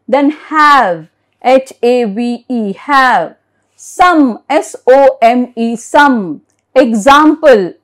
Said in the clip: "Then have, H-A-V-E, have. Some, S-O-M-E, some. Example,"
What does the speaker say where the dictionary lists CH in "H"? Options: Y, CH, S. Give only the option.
CH